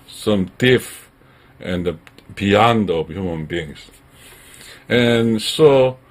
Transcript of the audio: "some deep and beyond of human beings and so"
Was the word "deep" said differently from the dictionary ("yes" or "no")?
yes